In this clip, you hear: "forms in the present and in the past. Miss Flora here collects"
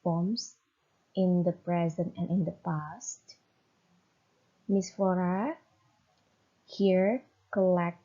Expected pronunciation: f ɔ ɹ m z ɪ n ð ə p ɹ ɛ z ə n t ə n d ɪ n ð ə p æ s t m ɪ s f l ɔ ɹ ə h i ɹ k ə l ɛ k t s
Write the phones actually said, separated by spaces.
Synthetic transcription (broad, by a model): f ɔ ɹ m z ɪ n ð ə p ɹ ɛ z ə n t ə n ɪ n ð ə p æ s t m ɪ s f ɔ ɹ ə h i ɹ k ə l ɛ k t